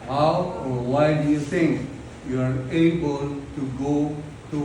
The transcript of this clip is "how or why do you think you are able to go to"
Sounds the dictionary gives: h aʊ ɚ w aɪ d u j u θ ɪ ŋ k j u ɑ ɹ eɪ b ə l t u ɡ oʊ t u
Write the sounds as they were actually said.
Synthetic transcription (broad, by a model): h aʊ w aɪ d u j u t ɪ ŋ k j u ɑ ɹ eɪ b ə l t u ɡ oʊ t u